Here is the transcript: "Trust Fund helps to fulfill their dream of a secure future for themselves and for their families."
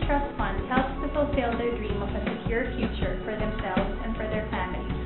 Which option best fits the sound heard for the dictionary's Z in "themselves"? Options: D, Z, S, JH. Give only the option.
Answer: Z